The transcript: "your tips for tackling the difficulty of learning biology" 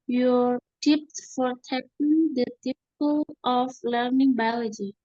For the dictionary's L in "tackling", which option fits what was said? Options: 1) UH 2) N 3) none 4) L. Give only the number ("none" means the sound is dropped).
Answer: 3